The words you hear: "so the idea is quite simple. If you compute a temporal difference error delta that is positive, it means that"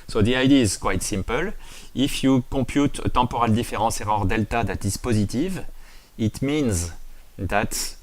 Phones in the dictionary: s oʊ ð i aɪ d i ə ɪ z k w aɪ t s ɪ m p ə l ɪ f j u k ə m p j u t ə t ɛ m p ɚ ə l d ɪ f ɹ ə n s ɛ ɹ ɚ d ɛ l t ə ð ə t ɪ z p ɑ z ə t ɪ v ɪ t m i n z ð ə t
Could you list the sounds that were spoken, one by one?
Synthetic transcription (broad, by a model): s oʊ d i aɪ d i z k w aɪ t s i m p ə l ɪ f j u k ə p j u t ə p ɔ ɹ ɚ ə l d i f ɹ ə s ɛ ɹ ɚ d ɛ l t ə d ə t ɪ s p ɑ z ə t ɪ v ɪ t m i n z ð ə t